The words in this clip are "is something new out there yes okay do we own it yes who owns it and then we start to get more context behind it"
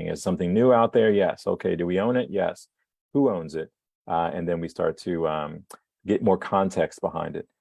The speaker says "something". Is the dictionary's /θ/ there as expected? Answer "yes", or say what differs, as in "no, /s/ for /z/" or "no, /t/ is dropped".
yes